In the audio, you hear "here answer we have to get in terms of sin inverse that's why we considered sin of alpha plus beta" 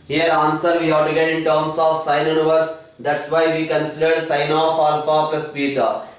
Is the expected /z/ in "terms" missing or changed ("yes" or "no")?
yes